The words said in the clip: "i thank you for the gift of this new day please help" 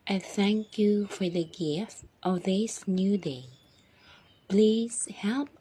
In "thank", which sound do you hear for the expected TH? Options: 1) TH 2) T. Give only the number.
1